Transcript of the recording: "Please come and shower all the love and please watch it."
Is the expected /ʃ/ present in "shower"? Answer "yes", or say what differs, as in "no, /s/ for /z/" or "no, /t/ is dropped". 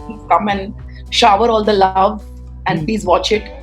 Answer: yes